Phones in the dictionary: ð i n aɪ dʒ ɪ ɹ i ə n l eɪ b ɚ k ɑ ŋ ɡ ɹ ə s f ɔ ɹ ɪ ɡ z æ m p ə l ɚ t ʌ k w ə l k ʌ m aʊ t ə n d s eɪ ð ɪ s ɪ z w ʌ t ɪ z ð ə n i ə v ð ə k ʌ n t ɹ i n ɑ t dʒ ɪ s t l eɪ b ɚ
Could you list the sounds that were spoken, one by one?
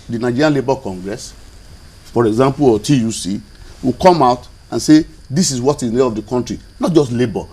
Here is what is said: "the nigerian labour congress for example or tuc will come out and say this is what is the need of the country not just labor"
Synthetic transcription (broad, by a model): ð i n aɪ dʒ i ɹ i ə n l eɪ b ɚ k ɑ ŋ ɡ ɹ ə s f ɔ ɹ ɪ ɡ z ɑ m p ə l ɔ t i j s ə w k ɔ m aʊ t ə n s eɪ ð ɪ s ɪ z w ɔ t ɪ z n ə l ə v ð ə k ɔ n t ɹ i n ɑ t dʒ ɪ s t l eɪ b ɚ